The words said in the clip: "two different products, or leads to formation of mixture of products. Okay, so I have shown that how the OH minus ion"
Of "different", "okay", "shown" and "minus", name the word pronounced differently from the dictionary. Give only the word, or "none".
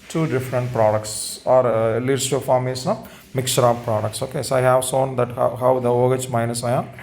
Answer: shown